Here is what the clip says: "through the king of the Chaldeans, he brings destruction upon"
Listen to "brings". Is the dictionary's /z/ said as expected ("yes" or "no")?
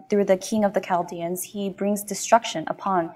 yes